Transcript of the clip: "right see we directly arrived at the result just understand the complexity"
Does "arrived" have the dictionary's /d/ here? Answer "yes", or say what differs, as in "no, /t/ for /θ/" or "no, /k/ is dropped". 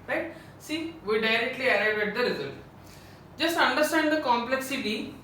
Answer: no, /d/ is dropped